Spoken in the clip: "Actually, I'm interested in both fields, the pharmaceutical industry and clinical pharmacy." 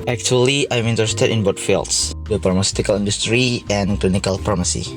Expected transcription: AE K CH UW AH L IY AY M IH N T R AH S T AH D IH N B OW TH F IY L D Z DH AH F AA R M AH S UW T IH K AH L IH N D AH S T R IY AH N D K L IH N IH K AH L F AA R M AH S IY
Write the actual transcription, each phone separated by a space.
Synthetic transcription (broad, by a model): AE K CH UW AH L IY AY M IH N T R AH S T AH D IH N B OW T F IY L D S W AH P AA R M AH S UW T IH K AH L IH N D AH S T R IY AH N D K L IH N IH K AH L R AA M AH S IY